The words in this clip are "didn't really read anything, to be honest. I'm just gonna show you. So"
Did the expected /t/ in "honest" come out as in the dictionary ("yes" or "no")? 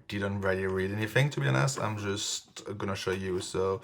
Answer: no